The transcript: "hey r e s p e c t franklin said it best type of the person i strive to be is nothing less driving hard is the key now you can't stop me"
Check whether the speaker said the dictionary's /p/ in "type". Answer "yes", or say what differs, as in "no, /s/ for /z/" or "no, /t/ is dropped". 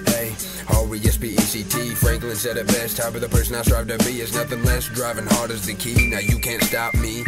no, /b/ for /p/